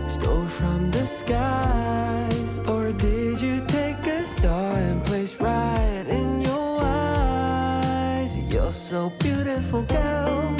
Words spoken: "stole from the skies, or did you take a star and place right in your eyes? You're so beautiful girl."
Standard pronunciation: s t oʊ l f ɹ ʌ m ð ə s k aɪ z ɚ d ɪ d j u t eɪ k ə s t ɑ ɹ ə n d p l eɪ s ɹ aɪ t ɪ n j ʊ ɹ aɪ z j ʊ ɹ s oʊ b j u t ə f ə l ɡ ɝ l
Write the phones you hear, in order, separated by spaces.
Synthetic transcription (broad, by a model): s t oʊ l f ɹ ʌ m ð ə s k aɪ z ɚ d ɪ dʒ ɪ t eɪ k ə s t ɑ ɹ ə n p l eɪ s ɹ aɪ t ɪ n j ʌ ɹ aɪ z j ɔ s oʊ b j u t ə f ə l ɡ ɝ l